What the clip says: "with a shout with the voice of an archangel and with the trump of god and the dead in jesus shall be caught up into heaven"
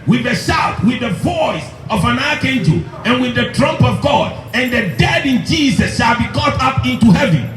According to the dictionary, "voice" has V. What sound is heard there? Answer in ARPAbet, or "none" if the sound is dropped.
V